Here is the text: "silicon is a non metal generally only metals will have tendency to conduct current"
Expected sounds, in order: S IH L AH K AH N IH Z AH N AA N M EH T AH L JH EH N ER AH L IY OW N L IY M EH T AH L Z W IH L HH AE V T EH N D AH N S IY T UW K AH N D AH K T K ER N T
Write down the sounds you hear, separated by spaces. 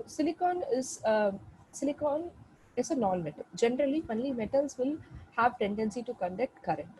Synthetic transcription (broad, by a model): S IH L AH K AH N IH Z AH N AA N M EH T AH L JH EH N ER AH L IY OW N L IY M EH T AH L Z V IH L HH AE V T EH N D AH N S IY T UW K AH N D AH K T K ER T